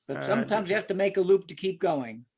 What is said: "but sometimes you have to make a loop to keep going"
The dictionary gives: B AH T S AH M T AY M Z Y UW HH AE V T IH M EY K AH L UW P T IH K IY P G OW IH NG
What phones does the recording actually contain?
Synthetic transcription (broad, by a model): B AH T S AH M T AY M Z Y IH HH AE F T IH M EY K AH L UW P T IH K IY P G OW IH NG